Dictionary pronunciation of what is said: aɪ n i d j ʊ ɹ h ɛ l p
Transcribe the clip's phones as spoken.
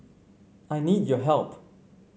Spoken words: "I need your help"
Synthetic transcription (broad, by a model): aɪ n i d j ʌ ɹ h ɛ l p